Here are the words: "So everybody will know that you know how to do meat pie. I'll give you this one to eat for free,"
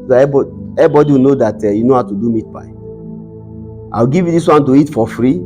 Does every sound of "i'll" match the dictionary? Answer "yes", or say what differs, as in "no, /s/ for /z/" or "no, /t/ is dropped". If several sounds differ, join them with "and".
no, /w/ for /l/